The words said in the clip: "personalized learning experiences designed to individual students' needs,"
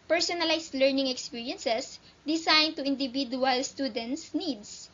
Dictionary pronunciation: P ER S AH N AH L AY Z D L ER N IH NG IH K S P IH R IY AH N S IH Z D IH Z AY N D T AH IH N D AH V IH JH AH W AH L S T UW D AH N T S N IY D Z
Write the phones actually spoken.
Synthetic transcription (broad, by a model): P ER S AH N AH L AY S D L ER N IH NG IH K S P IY R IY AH N S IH S D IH S AY N T AH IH N D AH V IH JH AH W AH L S T UW D AH N T S N IY D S